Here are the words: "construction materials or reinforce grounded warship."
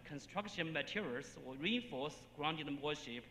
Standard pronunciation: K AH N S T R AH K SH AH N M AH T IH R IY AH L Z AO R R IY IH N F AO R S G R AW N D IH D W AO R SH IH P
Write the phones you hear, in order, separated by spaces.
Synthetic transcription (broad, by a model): K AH N S T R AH K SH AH N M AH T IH R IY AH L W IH L R IY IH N F AO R S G R AW N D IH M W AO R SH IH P